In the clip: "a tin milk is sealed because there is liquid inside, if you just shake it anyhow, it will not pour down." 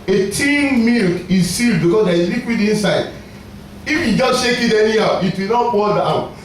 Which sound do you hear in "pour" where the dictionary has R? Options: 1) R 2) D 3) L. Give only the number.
3